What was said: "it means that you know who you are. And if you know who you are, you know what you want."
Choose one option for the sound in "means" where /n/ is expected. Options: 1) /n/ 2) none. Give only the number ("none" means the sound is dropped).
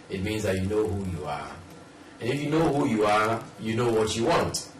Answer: 1